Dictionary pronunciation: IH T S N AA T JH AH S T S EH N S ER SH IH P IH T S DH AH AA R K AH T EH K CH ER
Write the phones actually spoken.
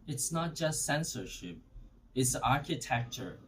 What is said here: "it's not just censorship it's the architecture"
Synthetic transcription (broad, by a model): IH T S N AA T JH AH S T S EH N S ER SH IH P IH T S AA R K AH T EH K CH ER